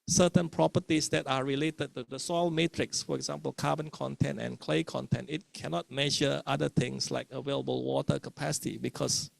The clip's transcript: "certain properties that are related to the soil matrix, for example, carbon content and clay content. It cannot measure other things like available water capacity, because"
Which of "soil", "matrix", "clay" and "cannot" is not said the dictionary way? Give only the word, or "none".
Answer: none